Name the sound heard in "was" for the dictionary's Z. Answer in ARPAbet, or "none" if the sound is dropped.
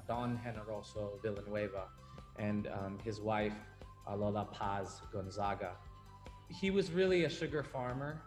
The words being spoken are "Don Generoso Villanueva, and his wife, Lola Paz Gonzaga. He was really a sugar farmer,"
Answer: Z